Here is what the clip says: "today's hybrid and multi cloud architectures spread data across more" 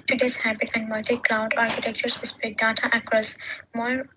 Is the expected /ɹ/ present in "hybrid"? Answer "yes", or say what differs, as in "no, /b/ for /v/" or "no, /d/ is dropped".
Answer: no, /ɹ/ is dropped